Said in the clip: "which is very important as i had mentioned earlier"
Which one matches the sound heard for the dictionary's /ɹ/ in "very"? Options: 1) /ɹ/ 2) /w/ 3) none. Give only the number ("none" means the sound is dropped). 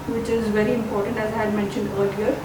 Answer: 1